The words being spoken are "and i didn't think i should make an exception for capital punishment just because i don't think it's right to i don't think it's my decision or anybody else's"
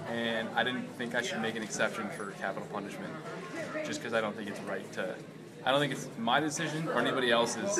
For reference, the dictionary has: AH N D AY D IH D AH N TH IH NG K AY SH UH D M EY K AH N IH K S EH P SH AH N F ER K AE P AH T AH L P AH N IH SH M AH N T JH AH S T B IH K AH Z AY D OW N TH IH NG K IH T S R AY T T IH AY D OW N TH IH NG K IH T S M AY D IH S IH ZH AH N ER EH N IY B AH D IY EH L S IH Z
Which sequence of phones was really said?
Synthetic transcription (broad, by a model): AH N AY D IH D N TH IH NG K AY SH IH D M EY K AH N IH K S EH P SH AH N F ER K AE P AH T L P AH N IH SH M AH N T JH AH S K AH Z AY D OW N TH IH NG K IH T S R AY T T IH AY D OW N TH IH NG K IH T S M AY D IH S IH ZH AH N ER EH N IY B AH D IY EH L S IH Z